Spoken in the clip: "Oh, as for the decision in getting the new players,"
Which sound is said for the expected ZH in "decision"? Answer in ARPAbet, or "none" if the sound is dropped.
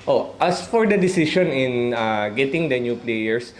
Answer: SH